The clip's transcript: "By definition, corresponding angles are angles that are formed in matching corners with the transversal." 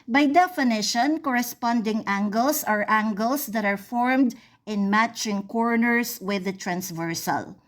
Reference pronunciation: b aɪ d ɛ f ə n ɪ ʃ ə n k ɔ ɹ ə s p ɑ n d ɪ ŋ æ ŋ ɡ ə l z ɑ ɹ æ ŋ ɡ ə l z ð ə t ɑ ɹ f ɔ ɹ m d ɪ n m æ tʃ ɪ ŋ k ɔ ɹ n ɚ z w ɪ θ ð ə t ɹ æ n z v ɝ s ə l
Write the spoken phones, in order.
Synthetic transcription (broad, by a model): b aɪ d ɛ f ə n ɪ ʃ ə n k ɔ ɹ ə s p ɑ n d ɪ ŋ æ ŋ ɡ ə l s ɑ ɹ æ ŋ ɡ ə l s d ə t ɑ ɹ f ɔ ɹ m d ɪ n m æ tʃ ɪ ŋ k ɔ ɹ n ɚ s w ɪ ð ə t ɹ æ n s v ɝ s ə l